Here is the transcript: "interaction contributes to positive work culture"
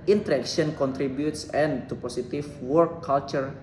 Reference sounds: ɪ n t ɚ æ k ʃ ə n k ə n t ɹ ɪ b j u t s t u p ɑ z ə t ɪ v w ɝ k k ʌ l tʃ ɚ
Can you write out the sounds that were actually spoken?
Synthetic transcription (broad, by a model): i n t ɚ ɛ k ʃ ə n k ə n t ɹ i b j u t s t u p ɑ s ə t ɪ f w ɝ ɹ k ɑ l tʃ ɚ